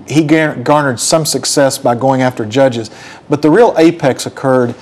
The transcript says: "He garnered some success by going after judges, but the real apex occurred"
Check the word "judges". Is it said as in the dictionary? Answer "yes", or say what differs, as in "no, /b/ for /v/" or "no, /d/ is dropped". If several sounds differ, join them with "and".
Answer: yes